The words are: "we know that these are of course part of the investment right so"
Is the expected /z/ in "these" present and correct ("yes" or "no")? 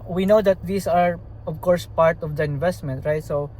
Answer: no